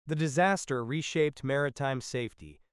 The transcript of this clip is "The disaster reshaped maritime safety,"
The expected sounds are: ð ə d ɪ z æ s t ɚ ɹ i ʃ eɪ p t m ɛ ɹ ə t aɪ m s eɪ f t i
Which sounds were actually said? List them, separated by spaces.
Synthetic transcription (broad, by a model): ð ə d ɪ z æ s t ɚ ɹ i ʃ eɪ p t m ɛ ɹ ə t aɪ m s eɪ f t i